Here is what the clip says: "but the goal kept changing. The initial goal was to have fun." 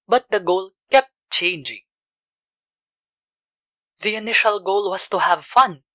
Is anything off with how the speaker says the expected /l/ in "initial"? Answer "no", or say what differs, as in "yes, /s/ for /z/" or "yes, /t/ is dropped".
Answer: no